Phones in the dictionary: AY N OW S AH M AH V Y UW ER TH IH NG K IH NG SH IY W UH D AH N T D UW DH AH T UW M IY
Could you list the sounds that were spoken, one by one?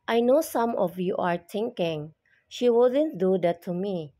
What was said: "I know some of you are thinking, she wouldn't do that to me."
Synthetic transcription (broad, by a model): AY N OW S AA M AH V Y UW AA T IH NG K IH NG SH IY W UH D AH N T D UW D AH T UW M IY